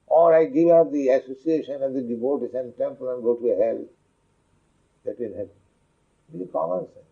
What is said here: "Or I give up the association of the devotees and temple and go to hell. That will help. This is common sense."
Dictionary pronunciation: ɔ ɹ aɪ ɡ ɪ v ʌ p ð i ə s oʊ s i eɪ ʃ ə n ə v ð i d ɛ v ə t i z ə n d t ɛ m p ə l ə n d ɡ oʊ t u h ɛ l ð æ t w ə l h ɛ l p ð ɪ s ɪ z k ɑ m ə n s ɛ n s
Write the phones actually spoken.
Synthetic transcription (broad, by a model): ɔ ɹ aɪ ɡ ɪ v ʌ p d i ə s oʊ s i eɪ ʃ ə n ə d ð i d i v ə t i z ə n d t ɛ m p ə l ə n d ɡ oʊ t u h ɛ l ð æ t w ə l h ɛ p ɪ ɪ k ɑ m ə n s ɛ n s